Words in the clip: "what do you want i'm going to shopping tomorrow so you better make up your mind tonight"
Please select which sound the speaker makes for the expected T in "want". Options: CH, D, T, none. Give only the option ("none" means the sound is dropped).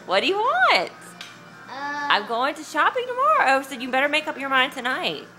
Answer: T